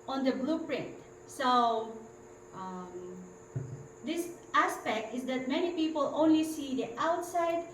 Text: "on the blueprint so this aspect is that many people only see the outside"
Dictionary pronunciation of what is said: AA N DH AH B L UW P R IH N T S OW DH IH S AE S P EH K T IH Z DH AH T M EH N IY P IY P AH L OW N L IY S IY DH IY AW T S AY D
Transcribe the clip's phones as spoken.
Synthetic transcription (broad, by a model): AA N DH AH B L UW P R IH N T S OW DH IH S AE S P EH K T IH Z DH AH T M EH N IY P IY P AH L OW N L IY S IY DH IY AW T S AY D